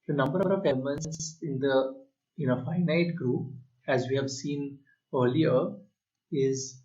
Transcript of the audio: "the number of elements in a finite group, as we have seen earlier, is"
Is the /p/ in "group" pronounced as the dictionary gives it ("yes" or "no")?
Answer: yes